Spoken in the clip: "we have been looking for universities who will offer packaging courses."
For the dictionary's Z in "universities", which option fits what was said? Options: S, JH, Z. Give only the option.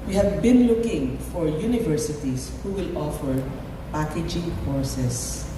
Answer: S